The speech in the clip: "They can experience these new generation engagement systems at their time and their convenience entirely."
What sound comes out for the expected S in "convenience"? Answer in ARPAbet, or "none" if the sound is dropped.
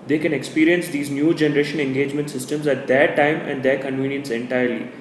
S